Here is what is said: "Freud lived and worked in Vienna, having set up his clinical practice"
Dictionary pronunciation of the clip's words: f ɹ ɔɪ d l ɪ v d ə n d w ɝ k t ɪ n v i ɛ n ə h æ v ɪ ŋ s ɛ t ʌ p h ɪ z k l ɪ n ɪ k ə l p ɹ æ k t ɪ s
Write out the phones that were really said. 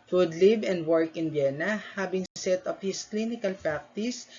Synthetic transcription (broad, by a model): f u d l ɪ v ə n d w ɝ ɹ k ɪ n b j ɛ n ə h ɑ b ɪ ŋ s ɛ t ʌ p h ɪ s k l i n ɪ k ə l p ɹ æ k t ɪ s